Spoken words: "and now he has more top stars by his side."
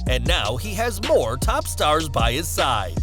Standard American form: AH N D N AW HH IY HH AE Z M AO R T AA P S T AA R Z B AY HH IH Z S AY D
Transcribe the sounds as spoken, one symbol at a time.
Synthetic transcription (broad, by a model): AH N N AW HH IY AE Z M AO R T AA P S T AA R Z B AY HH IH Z S AY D